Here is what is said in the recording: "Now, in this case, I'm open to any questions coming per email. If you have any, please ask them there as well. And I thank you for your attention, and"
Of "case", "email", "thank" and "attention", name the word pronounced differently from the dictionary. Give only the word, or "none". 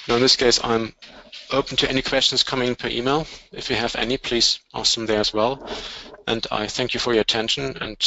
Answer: none